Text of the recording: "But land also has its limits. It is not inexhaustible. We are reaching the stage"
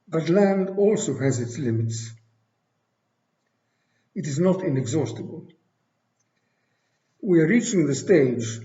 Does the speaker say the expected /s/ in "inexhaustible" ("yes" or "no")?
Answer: yes